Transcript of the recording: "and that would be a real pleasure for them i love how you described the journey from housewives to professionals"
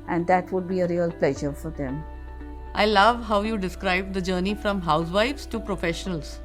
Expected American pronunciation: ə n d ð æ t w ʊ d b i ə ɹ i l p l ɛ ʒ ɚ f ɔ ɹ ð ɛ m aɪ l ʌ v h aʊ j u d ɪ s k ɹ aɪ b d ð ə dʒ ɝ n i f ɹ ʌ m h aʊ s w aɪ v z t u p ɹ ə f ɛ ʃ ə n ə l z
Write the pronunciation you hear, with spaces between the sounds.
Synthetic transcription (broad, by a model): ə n d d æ t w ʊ d b i ə ɹ i l p l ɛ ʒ ɚ f ɔ ɹ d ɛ m aɪ l ʌ v h aʊ j u d ɪ s k ɹ aɪ b d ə dʒ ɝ n i f ɹ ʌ m h aʊ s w aɪ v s t u p ɹ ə f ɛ ʃ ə n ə l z